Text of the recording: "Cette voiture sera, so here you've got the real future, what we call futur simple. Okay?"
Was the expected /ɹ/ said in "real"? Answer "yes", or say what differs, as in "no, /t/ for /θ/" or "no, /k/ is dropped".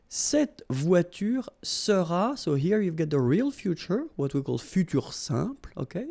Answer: yes